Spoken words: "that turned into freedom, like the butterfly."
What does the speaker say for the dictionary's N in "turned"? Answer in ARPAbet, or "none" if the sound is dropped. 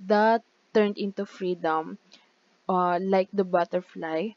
N